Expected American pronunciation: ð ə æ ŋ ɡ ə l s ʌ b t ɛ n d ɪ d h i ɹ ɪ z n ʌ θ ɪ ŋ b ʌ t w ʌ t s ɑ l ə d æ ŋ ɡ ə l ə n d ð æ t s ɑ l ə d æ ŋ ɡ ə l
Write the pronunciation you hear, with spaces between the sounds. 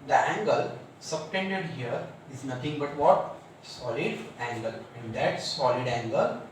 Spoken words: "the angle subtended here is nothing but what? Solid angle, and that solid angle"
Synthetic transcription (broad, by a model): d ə æ ŋ ɡ ə l s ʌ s t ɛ n d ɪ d h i ɹ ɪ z n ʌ t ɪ ŋ b ʌ t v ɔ t s ɑ l ə d æ ŋ ɡ ə l ə n d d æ t s ɑ l ə d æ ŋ ɡ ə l